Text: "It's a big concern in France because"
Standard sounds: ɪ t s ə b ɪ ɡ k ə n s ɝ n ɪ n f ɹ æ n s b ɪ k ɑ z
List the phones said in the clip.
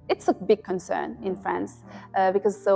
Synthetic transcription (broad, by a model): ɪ t s ə b ɪ ɡ k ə n s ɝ n ɪ n f ɹ æ n s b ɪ k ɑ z